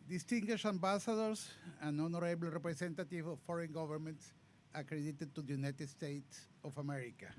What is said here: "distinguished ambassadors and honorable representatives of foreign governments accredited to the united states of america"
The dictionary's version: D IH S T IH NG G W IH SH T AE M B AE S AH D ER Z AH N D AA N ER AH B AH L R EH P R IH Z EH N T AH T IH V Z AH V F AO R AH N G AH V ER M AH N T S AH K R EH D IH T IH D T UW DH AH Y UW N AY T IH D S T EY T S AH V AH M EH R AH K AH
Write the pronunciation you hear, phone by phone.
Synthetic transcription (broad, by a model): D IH S T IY NG G W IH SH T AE M B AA S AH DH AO S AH N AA N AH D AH L R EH P R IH S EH N T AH T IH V AH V F AO R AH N G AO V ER M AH N T S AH K R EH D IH T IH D T UW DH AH Y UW N AY T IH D S T EY T S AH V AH M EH R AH K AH